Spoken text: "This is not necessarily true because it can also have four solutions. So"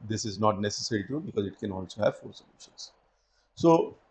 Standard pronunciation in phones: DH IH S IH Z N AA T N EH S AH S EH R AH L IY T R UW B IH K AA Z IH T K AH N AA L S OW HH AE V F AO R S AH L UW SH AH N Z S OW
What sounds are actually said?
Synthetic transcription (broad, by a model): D IH S IH Z N AA T N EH S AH S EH R IY T UW B IH K AA Z IH T K AH N AA L S OW HH AE V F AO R S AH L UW SH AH N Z S OW